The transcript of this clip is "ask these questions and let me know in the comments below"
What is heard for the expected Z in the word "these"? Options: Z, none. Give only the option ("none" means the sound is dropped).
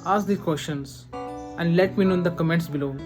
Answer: none